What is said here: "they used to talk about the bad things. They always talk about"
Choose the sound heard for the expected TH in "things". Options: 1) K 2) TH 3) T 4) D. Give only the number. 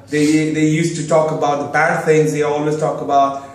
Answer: 2